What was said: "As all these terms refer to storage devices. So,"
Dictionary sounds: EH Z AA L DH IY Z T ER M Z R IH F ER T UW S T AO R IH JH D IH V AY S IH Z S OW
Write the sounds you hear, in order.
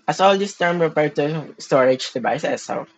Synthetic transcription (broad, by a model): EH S AA L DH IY S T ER M R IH P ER T UW S T AO R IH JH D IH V AY S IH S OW